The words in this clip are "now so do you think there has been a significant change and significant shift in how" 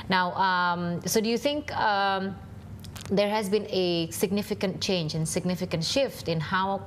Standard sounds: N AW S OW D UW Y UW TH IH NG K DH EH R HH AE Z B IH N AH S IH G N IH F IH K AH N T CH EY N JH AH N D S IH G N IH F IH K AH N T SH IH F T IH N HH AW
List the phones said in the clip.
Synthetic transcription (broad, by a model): N AW S OW D UW Y UW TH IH NG K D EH R HH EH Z B IH N AH S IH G N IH F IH K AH N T CH EY N JH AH N S IH G N IH F IH K AH N T SH IH F T IH N HH AW